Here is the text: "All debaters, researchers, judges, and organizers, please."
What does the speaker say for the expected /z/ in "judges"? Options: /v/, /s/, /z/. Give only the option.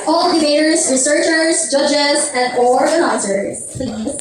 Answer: /z/